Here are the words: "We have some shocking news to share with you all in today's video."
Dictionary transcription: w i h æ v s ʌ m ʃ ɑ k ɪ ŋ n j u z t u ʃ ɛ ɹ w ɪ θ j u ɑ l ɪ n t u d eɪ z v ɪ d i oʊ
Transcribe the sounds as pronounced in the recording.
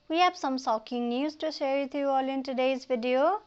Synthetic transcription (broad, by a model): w i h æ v s ʌ m s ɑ k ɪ ŋ n j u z t u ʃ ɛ ɹ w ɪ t j u ɑ l ɪ n t u d eɪ z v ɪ d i oʊ